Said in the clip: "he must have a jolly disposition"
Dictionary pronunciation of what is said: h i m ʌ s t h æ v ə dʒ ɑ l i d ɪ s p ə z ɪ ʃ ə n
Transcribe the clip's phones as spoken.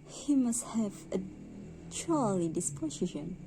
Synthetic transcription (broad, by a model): h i m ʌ s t h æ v ə tʃ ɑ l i d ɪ s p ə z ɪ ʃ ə n